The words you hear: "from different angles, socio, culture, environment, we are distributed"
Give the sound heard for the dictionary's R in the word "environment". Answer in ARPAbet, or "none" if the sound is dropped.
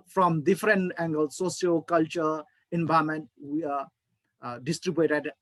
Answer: none